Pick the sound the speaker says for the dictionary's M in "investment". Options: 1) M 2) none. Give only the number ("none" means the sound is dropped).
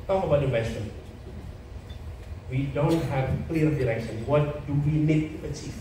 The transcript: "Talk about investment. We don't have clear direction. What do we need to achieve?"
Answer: 2